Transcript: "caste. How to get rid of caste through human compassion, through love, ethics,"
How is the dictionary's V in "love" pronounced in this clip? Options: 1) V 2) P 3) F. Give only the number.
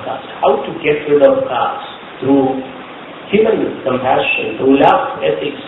3